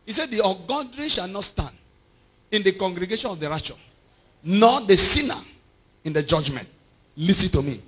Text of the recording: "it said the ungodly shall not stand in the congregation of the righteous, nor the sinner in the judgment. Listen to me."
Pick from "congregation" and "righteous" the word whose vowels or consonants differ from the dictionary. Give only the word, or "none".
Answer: righteous